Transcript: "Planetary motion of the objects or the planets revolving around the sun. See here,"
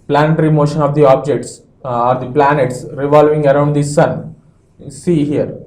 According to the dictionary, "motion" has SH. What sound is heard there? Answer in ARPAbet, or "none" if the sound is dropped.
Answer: SH